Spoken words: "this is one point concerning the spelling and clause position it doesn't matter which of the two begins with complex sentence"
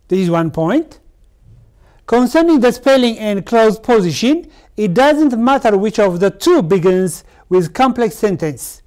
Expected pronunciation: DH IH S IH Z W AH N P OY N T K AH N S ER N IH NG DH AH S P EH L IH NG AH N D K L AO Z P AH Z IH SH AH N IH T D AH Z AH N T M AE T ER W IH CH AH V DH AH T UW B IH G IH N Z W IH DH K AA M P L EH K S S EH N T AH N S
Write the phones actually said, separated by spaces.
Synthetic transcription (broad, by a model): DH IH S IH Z W AH N P OY N T K AH N S ER N IH NG DH AH S P EH L IH NG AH N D K L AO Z P AH Z IH SH AH N IH T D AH Z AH N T M AE T ER W IH CH AH V DH AH T UW B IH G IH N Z W IH DH K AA M P L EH K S S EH N T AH N S